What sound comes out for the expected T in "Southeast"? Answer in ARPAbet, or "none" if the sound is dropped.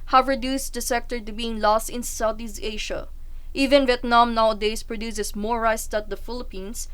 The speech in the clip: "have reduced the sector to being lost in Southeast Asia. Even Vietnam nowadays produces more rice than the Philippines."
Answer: none